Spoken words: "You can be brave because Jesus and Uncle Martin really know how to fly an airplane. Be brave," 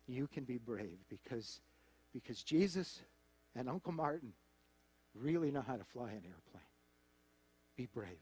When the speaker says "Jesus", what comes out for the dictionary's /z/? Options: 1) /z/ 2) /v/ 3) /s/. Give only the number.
1